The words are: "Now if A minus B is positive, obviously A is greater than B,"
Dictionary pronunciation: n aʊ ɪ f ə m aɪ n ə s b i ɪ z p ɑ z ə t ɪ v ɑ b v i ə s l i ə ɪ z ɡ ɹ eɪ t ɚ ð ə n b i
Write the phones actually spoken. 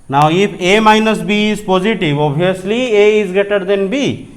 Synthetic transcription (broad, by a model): n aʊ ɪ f ə m aɪ n ə s b i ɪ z p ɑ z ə t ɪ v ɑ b i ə s l i ə ɪ z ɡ eɪ t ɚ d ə n b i